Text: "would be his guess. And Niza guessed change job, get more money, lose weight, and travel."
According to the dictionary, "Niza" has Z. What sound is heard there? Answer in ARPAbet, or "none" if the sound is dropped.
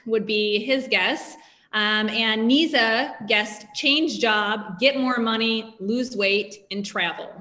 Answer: Z